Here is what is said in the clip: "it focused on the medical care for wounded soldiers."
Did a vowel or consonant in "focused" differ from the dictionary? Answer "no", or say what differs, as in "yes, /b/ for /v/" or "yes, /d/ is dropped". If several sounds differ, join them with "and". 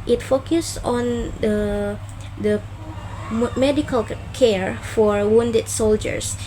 yes, /t/ is dropped